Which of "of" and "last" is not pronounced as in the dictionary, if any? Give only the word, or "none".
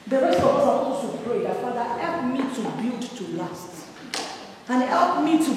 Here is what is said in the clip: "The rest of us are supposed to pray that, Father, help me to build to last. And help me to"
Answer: of